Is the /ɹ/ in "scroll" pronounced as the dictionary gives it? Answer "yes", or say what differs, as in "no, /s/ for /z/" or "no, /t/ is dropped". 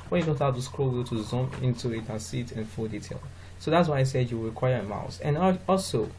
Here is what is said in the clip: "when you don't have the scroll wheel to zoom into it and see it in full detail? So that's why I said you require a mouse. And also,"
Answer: yes